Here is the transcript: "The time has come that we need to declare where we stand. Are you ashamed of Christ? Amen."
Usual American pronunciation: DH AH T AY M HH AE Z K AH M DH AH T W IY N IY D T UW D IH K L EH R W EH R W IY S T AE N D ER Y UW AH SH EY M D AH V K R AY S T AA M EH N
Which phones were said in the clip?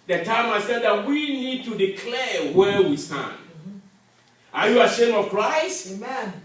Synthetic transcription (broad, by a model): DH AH T AY M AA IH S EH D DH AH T W IY N IY D T UW D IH K L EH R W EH W IY S T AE N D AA Y UW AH SH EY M AH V K R AY S T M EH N